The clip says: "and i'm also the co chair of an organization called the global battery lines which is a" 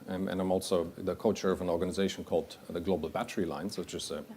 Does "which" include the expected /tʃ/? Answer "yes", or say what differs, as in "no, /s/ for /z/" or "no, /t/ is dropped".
no, /tʃ/ is dropped